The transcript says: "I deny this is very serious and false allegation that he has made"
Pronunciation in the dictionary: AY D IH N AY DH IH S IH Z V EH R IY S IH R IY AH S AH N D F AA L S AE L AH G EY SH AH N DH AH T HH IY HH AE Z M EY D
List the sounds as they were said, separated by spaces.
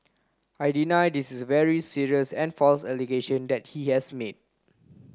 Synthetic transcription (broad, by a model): AY D IH N AY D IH S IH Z V EH R IY S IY R IY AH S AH N F AA L S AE L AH G EY SH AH N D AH T HH IY HH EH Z M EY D